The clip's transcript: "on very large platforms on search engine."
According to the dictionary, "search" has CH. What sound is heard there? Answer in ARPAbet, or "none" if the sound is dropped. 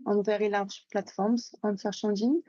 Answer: SH